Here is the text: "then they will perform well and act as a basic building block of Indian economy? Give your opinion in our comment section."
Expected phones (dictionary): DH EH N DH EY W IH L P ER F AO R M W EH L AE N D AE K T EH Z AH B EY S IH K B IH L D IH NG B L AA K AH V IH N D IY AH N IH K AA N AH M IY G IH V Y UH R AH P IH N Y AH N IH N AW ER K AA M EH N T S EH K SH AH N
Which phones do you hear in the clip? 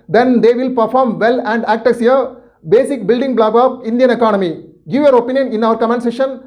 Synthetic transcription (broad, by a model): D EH N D EY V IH L P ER F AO R M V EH L AE N D AE K T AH S AH B EY S IH K B IH L D IH NG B L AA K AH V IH N D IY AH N IH K AA N AH M IY G IH V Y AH R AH P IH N Y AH N IH N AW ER K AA M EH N S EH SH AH N